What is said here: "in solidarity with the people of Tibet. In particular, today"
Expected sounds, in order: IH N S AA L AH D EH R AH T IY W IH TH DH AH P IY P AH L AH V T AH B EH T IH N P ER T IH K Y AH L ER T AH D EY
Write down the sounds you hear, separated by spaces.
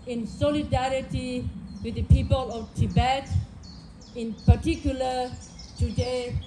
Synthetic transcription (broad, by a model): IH N S AA L AH D EH R AH T IY W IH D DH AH P IY P AH L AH F T AH B EH T IH N P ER T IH K Y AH L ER T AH D EY